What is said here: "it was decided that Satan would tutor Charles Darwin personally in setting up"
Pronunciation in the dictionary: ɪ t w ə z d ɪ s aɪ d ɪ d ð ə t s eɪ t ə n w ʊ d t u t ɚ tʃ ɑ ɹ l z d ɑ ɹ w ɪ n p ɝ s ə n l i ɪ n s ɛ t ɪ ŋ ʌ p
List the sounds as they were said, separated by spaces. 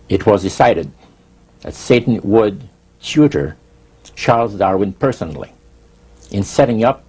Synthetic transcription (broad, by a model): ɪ t w ə z d ɪ s aɪ d ɪ d ð ə t s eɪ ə n w ʊ d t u t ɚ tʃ ɑ ɹ l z d ɑ ɹ w ɪ n p ɝ s ə n l i ɪ n s ɛ t ɪ ŋ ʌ p